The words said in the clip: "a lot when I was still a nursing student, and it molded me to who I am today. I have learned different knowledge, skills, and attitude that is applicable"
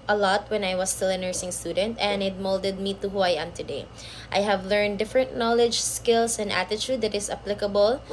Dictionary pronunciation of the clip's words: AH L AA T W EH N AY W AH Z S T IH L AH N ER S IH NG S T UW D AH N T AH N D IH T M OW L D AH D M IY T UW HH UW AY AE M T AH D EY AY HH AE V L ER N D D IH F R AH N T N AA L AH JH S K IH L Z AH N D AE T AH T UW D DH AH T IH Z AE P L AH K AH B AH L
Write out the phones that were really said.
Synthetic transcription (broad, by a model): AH L AA T W EH N AY W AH S T IH L AH N ER S IH NG S T UW D AH N T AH N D IH T M OW L D AH D M IY T UW HH UW AY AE M T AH D EY AY HH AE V L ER N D D IH F R AH N T N AA L AH JH S K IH L S AH N D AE T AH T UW D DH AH T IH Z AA P L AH K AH B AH L